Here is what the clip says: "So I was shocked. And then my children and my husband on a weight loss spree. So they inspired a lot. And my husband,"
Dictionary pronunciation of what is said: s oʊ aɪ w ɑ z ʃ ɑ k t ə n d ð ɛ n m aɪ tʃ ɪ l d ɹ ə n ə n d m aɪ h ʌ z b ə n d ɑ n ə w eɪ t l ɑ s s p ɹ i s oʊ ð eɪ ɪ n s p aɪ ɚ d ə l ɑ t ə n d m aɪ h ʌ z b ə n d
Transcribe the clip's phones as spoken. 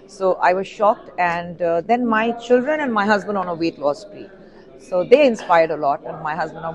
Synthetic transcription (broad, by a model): s oʊ aɪ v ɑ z ʃ ɑ k t ə n d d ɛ n m aɪ tʃ ɪ l d ɹ ə n ə n d m aɪ h ʌ z b ə n d ɑ n ə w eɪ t l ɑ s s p i s oʊ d eɪ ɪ n s p aɪ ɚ d ə l ɑ t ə n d m aɪ h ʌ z b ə n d